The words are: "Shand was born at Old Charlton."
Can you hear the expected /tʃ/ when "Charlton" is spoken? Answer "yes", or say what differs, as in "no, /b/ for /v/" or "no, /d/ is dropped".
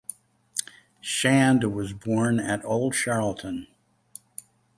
no, /ʃ/ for /tʃ/